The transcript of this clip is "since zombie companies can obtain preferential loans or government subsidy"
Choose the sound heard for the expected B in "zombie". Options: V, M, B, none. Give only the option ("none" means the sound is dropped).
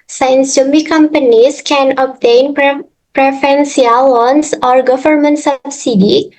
none